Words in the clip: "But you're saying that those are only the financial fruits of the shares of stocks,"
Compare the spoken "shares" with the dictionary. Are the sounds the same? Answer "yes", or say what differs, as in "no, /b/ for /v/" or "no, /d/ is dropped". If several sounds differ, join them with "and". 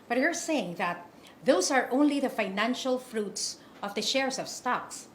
no, /s/ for /z/